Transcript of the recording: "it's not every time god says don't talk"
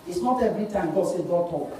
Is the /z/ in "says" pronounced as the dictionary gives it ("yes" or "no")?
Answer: no